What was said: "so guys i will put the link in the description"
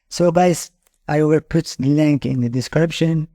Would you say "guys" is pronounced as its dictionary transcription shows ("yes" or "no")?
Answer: no